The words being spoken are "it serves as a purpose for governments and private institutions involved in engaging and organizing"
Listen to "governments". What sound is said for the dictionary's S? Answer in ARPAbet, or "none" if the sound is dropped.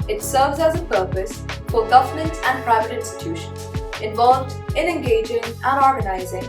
none